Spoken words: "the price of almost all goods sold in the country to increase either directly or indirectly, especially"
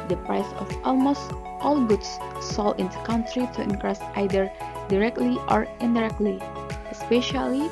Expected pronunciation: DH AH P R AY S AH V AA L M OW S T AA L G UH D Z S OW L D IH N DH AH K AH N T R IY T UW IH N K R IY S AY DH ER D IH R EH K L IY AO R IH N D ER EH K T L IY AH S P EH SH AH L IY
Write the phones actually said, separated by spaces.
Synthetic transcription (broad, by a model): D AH P R AY S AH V AA L M OW S T AA L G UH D S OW L IH N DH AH K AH N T R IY T UW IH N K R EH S AY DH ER D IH R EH K L IY AO R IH N D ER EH K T L IY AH S P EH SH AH L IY